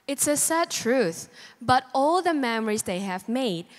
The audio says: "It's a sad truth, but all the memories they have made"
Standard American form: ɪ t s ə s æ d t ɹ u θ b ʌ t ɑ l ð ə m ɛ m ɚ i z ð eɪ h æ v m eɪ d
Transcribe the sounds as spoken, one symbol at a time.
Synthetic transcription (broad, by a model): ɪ t s ə s æ d t ɹ u θ b ʌ t ɑ l ð ə m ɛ m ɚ i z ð eɪ h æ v m eɪ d